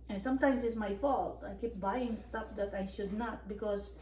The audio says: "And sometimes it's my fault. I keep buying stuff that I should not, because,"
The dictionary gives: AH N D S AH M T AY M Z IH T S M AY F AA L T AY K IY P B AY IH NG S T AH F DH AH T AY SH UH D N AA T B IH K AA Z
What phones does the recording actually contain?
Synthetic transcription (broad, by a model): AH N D S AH M T AY M S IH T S M AY F AA L T AY K IY P B AY IH NG S T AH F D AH T AY SH UH D N AA T B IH K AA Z